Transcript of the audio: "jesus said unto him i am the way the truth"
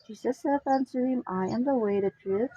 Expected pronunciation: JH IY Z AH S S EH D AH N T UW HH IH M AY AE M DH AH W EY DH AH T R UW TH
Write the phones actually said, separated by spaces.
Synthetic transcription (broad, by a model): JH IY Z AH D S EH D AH N S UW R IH M AY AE M DH AH W EY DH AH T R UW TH